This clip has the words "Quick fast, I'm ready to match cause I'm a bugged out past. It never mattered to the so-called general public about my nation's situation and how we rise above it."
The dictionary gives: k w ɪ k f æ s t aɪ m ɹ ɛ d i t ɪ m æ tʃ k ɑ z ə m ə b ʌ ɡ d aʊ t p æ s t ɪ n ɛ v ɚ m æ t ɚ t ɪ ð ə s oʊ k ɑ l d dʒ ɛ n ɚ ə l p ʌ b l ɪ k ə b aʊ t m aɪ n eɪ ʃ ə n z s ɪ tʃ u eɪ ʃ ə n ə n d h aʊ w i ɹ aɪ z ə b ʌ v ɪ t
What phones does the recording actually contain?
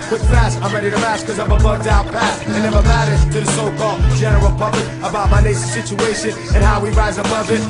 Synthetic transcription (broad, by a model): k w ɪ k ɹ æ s aɪ m ɹ ɛ d i t ɪ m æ s k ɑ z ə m ə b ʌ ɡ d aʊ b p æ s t ɪ n ɛ v ɚ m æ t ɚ t ɪ ð ə s oʊ k ɑ l d dʒ ɛ n ɚ ə l p ʌ b l ɪ k ə b aʊ t m aɪ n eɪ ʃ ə s ɪ tʃ u eɪ ʃ ə n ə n h aʊ w i ɹ aɪ z ə b ʌ v ɪ t